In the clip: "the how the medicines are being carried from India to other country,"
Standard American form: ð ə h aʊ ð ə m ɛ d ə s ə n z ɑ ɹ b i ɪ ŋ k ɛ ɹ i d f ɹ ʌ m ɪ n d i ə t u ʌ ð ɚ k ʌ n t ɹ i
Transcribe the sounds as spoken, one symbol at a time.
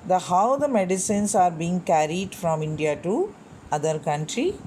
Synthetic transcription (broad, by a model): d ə h aʊ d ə m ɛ d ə s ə n s ɑ ɹ b i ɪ ŋ k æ ɹ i d f ɹ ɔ m ɪ n d i ə t u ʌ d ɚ k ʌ n t ɹ i